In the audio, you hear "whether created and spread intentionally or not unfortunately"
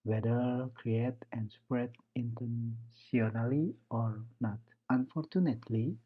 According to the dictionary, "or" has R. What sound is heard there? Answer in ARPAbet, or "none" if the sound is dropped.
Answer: R